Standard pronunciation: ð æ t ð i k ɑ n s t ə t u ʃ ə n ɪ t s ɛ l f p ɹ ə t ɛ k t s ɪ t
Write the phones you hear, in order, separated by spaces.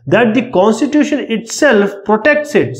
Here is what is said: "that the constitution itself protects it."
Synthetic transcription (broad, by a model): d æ t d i k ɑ n s t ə t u ʃ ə n ɪ t s ɛ l f p ɹ ə t ɛ k t s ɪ t